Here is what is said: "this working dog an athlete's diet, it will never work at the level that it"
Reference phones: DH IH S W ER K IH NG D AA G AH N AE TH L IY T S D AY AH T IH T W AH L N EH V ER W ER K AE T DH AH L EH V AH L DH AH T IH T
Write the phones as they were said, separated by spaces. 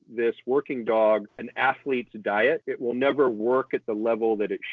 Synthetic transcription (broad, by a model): DH IH S W ER K IH NG D AA G AH N AE TH L IY T S D AY AH T IH T W AH L N EH V ER W ER K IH T DH AH L EH V L DH AH T IH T